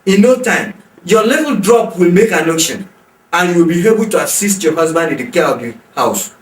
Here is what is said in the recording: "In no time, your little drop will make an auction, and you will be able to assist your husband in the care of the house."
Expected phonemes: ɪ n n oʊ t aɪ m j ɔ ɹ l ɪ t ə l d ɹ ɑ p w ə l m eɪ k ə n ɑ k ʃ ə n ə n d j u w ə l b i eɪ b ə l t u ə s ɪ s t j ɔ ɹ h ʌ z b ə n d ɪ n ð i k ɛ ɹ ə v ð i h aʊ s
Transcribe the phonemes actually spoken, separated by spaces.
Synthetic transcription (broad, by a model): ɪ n n oʊ t aɪ m j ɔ l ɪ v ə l d ɹ ɑ p w ə l m eɪ k ə n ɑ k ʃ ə n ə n j u w ə l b i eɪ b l t u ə s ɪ s t j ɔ h ʌ z b ə n d ɪ n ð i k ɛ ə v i h aʊ s